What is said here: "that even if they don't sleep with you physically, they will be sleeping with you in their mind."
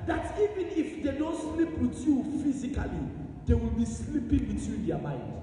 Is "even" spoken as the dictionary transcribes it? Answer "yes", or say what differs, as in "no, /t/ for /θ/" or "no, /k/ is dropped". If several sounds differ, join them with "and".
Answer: yes